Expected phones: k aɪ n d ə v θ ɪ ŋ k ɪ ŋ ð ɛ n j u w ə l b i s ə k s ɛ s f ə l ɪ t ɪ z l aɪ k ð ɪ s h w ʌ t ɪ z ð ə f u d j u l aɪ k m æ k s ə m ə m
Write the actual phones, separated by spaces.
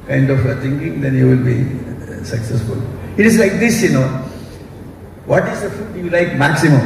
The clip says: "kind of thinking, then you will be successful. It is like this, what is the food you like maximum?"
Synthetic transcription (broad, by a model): k aɪ n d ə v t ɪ ŋ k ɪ ŋ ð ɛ n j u w ə l b i s ə k s ɛ s f ə l ɪ t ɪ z l aɪ k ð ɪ s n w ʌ t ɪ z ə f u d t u l aɪ k m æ k s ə m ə m